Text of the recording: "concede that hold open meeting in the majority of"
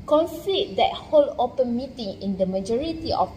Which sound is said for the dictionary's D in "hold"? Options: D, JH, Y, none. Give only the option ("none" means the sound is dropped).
none